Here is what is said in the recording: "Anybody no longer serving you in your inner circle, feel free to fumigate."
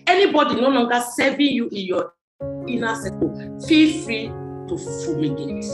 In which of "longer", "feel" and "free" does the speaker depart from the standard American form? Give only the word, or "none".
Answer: longer